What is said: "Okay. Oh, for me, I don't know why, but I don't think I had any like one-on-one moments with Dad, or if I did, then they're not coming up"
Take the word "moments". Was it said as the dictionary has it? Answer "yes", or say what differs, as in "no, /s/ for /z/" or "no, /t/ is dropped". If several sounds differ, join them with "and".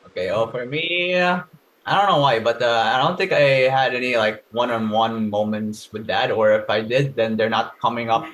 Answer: yes